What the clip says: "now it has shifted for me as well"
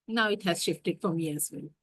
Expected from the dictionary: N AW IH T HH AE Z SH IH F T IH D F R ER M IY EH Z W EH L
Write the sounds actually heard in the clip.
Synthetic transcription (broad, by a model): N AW IH T HH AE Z SH IH F T IH D F R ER M IY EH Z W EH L